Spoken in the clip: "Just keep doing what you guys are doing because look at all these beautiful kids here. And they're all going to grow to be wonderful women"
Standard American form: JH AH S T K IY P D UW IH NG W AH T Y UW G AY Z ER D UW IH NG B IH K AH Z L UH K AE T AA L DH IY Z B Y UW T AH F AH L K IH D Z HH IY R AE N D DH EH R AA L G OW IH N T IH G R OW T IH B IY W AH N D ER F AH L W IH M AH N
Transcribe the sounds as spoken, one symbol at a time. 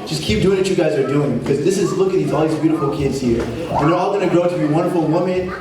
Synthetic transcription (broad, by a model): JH AH S K IY P D UW IH NG W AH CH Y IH G AY Z ER D UW IH NG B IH K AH Z L UH K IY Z AA L DH IY Z B Y UW T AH F L K IH D Z HH IY R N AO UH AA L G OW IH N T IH G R OW T IH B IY W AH N D ER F L W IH M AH N